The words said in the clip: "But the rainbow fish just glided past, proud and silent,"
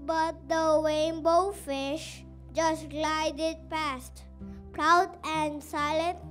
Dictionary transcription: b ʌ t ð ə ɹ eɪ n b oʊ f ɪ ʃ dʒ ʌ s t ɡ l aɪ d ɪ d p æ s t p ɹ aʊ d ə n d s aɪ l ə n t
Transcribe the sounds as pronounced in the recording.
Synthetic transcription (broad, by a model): b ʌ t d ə w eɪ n b oʊ f ɪ ʃ dʒ ʌ s t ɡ l aɪ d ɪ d p æ s t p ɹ aʊ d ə n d s aɪ l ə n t